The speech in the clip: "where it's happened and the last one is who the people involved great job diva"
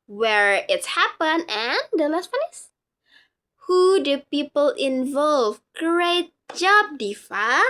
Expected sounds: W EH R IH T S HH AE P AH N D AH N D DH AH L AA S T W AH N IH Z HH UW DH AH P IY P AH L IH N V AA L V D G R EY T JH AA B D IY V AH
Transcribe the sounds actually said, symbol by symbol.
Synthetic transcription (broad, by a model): W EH R IH T S HH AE P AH N AH N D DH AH L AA S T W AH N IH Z HH UW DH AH P IY P AH L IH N V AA L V G R EY T JH AA B D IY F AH